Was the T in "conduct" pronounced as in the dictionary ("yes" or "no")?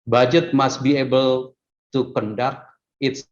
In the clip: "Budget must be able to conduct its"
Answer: no